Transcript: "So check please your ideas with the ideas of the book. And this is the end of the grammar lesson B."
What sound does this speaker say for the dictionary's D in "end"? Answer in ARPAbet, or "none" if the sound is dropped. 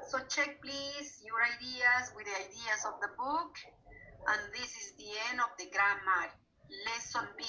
none